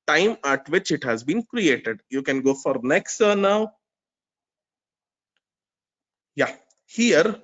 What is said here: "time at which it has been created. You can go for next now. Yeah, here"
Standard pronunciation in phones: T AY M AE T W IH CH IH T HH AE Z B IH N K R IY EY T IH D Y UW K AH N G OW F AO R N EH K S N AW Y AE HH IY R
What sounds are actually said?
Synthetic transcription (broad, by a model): T AY M AE T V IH CH IH T HH AE Z B IH N K R IY EY T IH D Y UW K AH N G OW F AO R N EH K S N AW Y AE HH IY R